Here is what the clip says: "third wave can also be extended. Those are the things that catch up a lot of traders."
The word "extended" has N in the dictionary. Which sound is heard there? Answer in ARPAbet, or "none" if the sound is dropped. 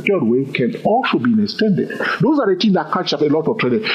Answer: N